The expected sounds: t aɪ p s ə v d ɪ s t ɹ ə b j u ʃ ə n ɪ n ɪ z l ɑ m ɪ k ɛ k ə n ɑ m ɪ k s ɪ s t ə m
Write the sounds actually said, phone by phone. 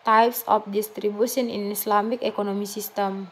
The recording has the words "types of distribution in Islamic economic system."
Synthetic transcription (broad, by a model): t aɪ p s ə f d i s t ɹ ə b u s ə n ɪ n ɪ s l ɑ m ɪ k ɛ k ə n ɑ m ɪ s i s t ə m